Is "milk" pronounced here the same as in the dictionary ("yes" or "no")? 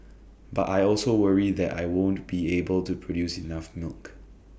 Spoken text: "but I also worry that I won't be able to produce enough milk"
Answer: yes